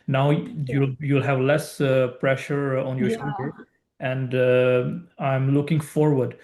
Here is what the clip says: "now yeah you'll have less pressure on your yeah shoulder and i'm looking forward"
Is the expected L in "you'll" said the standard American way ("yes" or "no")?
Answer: yes